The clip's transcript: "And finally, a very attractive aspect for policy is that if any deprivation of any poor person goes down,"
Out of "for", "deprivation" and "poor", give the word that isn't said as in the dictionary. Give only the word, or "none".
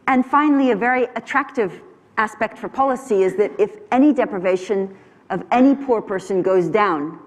none